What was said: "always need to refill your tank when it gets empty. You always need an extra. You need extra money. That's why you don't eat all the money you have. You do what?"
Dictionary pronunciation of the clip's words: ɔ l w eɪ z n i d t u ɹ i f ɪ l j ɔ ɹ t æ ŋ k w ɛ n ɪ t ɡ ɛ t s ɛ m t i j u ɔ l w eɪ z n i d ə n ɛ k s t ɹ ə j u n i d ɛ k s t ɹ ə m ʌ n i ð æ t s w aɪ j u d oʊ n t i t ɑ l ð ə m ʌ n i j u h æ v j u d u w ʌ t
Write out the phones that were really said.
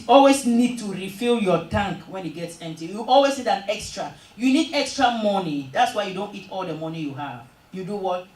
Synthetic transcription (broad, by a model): ɔ l w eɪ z n i d t u ɹ i f ɪ l j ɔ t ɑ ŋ k w ɛ n ɪ t ɡ ɛ t s ɛ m t i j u ɔ l w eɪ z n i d ə n ɛ k s t ɹ ə j u n i d ɛ k s t ɹ ə m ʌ n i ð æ t s w aɪ j u d oʊ n t i t ɑ l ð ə m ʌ n i j u h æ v j u d u w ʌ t